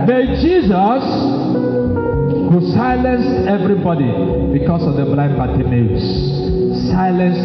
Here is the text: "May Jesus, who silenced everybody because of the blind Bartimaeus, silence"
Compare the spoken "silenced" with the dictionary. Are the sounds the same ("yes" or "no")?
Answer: no